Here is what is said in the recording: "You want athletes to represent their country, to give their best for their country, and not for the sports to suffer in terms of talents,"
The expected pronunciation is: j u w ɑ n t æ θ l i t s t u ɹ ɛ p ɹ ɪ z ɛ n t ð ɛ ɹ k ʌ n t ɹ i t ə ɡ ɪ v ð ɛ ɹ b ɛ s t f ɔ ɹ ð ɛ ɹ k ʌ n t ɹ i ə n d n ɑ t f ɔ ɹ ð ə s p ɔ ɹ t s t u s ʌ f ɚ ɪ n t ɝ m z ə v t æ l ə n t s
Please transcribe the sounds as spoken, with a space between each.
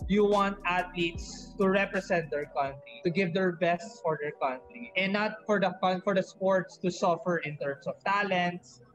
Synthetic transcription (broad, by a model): j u w ɑ n t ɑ t l i t s t u ɹ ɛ p ɹ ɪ s ɛ n t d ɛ ɹ k ʌ n t ɹ i t ə ɡ ɪ v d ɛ ɹ b ɛ s t f ɔ ɹ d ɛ ɹ k ʌ n t ɹ i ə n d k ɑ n f ɔ ɹ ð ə s p ɔ ɹ t s t u s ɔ f ɚ ɪ n t ɝ m s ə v t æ l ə n t s